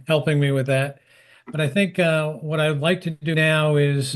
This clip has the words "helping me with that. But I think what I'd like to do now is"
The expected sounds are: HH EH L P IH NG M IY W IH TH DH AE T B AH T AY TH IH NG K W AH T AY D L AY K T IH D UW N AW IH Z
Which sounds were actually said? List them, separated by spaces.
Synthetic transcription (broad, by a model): HH EH L P IH NG M IY W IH DH AE T B AH T AY TH IH NG K W AH T AY D L AY K T IH D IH N AW IH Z